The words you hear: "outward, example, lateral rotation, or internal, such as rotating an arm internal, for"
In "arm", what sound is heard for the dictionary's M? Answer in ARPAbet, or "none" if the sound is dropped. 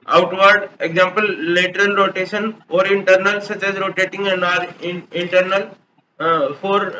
none